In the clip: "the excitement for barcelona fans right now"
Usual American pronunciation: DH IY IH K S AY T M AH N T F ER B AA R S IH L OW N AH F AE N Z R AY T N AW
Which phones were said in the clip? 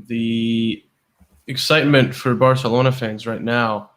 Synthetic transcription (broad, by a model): DH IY IH K S AY T M AH N T F ER B AA R S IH L OW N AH F AE N Z R AY T N AW